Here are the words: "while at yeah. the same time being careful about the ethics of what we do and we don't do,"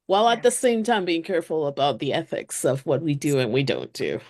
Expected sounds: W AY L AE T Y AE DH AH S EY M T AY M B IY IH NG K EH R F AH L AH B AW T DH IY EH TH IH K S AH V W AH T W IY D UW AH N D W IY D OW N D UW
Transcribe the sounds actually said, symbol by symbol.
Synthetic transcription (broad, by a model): W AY L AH T DH AH S EY M T AY M B IY IH NG K EH R F L AH B AW T DH IY EH TH IH K S AH V W AH T W IY D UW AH N W IY D OW N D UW